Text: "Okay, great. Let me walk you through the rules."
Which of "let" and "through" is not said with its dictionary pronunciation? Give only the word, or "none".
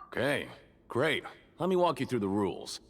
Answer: none